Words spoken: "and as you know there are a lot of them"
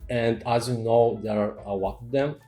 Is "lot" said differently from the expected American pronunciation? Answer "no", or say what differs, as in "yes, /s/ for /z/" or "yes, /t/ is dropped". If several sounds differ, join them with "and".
yes, /w/ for /l/